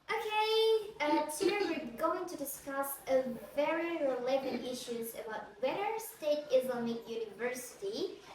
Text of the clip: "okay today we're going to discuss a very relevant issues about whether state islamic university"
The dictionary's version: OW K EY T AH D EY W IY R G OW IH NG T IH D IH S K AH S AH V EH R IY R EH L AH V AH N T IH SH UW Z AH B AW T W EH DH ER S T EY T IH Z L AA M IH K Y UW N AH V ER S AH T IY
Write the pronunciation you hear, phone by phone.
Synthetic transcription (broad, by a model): OW K EY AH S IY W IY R G OW IH NG T IH D IH S K AH S AH V EH R IY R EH L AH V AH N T IH SH UW Z AH B AW T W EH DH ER S T EY T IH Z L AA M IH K Y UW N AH V ER S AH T IY